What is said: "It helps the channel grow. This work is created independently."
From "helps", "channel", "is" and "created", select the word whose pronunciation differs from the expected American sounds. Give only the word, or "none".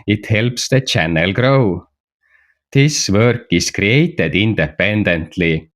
is